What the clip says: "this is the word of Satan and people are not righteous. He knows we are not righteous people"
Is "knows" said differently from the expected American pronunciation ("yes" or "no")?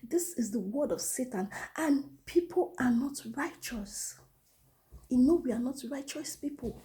yes